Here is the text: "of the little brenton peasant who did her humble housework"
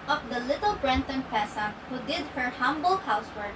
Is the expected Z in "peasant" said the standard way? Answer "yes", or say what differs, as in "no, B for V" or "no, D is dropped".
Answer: no, S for Z